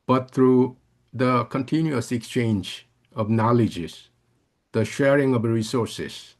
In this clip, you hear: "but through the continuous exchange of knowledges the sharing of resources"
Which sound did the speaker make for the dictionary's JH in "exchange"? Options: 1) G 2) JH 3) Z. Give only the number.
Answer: 2